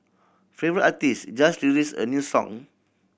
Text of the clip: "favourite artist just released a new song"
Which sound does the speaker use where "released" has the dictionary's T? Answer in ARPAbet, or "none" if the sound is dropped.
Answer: none